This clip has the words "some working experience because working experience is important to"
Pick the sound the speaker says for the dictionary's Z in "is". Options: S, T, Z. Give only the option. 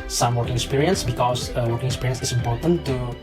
S